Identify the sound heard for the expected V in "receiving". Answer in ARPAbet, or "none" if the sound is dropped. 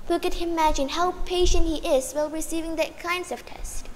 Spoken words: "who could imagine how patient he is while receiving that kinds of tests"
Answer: V